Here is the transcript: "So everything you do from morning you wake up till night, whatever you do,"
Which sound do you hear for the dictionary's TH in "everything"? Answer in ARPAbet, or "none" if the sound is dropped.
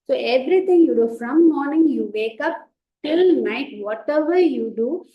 T